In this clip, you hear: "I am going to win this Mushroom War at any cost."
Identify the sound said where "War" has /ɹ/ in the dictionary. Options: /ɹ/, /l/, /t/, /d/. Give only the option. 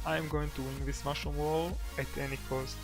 /l/